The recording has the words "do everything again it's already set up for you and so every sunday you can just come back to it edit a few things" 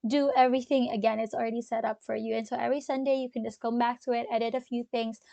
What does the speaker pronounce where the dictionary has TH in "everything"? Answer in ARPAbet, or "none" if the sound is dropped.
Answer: TH